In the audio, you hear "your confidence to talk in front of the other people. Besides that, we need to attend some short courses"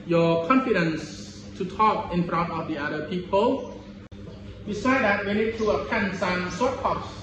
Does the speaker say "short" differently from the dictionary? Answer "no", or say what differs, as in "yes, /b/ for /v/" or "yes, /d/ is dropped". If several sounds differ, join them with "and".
yes, /s/ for /ʃ/